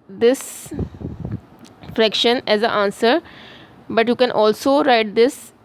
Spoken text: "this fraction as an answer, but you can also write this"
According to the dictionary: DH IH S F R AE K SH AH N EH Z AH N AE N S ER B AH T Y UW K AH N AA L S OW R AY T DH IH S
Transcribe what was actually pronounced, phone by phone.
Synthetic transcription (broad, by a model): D IH S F R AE K SH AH N EH Z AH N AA N S ER B AH T Y UW K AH N AA L S OW R AY T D IH S